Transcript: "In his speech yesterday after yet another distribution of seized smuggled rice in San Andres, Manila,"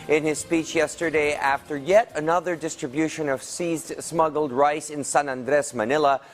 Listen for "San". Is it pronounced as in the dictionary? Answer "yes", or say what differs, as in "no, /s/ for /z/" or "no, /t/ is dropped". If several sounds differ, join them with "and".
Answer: yes